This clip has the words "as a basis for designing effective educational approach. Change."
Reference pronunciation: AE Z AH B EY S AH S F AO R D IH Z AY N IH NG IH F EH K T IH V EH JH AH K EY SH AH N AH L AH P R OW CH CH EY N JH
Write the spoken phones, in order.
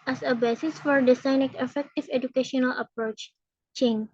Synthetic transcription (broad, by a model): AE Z AH B EY S AH S F AO R D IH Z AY N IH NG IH F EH K T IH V EH JH AH K EY SH AH N AH L AH P R OW CH CH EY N